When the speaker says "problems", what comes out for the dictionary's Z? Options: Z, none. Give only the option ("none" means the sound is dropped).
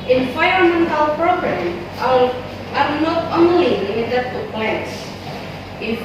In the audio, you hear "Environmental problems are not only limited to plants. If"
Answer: none